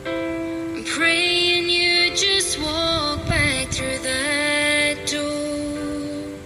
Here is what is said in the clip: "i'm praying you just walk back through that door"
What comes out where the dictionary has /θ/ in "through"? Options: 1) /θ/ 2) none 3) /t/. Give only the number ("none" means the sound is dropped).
1